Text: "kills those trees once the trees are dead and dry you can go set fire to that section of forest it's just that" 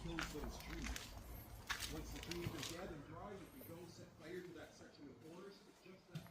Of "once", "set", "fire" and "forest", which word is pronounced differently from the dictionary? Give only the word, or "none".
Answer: forest